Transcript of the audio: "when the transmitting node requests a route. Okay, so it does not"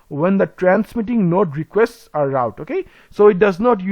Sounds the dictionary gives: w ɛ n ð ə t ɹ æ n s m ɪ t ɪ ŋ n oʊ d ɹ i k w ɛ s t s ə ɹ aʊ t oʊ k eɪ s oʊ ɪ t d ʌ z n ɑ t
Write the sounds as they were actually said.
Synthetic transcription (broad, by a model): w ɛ n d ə t ɹ æ n s m ɪ t ɪ ŋ n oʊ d ɹ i k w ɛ s t s ə ɹ aʊ t oʊ k eɪ s oʊ ɪ t d ʌ z n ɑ t